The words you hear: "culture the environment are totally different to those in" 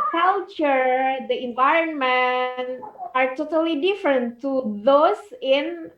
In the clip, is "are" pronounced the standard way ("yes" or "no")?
yes